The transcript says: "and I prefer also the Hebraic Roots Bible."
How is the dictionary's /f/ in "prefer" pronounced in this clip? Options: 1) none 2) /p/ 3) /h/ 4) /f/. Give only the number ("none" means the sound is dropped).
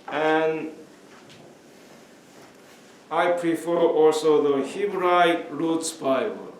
4